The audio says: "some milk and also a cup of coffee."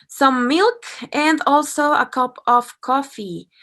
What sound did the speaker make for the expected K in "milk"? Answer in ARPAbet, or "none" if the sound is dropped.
K